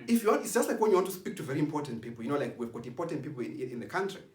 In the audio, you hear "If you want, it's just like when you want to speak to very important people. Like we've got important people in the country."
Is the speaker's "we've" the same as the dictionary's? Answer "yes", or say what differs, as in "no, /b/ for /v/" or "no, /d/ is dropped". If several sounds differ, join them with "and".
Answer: yes